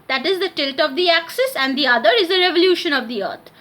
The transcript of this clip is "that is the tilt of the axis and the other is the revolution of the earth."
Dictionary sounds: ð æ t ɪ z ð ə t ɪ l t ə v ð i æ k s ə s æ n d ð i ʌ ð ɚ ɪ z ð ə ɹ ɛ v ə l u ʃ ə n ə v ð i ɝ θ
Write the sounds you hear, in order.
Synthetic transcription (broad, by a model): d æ t ɪ z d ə t ɪ l t ə v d i æ k s ə s æ n d i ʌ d ɚ ɪ z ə ɹ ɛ v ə l u ʃ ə n ə v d i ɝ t